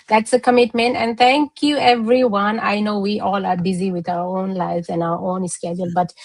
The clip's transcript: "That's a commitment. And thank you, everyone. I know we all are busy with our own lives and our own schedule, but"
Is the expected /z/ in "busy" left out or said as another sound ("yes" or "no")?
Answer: no